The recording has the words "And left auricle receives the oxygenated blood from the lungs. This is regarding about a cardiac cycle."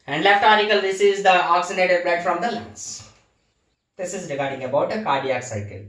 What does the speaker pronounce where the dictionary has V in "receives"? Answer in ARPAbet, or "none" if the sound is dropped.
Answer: none